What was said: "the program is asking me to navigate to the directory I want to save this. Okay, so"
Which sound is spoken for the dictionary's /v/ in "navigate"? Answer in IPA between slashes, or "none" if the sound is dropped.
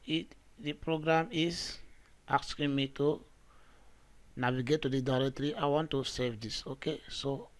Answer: /w/